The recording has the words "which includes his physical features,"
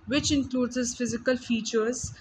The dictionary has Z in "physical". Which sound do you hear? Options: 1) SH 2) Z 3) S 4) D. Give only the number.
2